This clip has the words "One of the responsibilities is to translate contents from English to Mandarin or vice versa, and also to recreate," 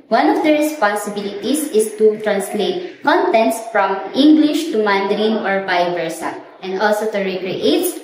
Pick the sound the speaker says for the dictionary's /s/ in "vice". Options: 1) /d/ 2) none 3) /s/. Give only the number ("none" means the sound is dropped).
2